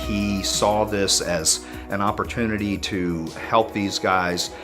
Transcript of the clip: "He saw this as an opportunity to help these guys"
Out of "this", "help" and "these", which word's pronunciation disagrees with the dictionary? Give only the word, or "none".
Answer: none